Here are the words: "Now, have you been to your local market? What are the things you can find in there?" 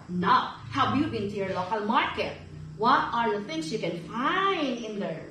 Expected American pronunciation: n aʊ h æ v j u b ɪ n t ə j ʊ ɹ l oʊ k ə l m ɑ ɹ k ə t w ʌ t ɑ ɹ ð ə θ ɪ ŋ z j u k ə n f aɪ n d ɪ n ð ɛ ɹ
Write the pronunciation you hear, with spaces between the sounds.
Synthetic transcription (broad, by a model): n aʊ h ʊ b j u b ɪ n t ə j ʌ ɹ l oʊ k ə l m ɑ ɹ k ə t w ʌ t ɑ ɹ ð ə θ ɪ ŋ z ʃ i k ə n f aɪ n d ɪ n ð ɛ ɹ